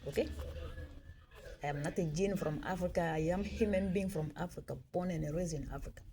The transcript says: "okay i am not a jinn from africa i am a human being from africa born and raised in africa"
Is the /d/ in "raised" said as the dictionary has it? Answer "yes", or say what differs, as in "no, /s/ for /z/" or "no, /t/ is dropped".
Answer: no, /d/ is dropped